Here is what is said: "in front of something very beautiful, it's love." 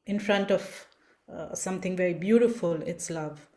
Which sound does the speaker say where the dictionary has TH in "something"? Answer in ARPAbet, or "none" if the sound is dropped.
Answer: T